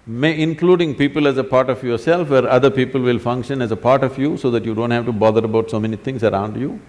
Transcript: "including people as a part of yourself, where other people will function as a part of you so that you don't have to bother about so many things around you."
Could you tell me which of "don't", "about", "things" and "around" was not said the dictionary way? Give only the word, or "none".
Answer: things